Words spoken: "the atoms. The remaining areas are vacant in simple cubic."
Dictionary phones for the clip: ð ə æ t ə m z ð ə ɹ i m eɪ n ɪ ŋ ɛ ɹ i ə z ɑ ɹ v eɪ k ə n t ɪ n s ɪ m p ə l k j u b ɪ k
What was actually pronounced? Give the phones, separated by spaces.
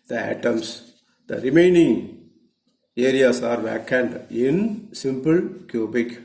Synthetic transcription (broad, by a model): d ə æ t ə m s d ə ɹ i m eɪ n ɪ ŋ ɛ ɹ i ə s ɑ ɹ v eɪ k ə n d ɪ n s ɪ m p ə l k j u b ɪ k